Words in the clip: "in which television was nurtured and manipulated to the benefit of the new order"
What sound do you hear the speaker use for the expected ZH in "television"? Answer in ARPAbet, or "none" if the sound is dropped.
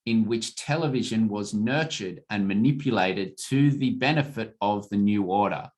ZH